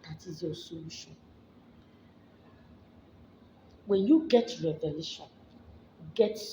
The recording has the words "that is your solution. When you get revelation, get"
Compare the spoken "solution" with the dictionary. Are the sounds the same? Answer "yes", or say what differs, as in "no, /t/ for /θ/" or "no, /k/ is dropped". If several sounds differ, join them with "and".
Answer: no, /l/ is dropped